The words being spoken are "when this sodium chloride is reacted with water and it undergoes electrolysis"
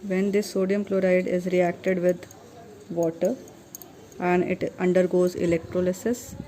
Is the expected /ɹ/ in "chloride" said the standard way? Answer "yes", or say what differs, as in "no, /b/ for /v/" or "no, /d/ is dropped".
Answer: yes